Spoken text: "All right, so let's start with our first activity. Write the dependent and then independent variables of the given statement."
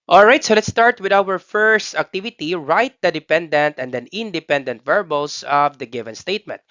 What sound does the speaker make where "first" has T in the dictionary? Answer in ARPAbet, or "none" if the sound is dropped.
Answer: T